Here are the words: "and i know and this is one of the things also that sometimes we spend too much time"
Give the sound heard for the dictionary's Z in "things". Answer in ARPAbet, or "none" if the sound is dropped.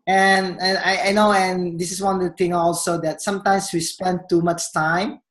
none